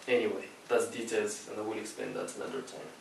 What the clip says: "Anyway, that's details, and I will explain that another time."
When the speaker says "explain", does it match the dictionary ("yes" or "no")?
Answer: no